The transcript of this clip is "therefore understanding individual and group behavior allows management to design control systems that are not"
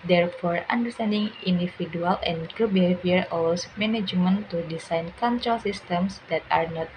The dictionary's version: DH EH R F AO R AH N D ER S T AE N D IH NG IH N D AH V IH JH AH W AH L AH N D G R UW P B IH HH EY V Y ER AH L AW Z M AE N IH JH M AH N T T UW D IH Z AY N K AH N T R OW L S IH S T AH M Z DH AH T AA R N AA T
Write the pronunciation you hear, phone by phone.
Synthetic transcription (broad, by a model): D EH R F AO R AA N D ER S T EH N D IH NG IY N D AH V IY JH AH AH L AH N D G UW B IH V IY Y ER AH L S M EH N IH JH M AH N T T UW D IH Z AY N K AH N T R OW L S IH S T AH M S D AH T AA R N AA T